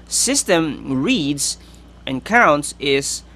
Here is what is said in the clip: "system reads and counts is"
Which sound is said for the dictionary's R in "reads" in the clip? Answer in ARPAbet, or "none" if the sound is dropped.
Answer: R